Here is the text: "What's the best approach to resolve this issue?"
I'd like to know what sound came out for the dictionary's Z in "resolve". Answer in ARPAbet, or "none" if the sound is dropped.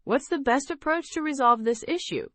Z